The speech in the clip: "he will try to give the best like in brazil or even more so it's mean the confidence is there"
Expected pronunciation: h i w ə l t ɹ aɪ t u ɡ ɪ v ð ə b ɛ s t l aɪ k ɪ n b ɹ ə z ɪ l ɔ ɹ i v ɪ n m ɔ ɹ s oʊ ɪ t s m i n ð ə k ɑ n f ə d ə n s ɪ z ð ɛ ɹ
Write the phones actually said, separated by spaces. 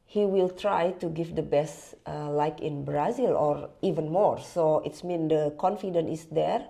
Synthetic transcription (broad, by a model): h i w ə l t ɹ aɪ t u ɡ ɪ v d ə b ɛ s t l aɪ k ɪ n b ɹ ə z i l ɔ ɹ i v ɪ n m ɔ ɹ s oʊ ɪ t s m i n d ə k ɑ n f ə d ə n ɪ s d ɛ ɹ